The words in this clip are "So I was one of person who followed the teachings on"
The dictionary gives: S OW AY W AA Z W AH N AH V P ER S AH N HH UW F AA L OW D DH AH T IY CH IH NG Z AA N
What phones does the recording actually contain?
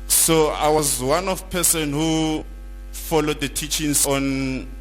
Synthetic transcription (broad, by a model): S OW AY W AA Z W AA N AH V P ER S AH N HH UW F AA L OW D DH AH T IY CH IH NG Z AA N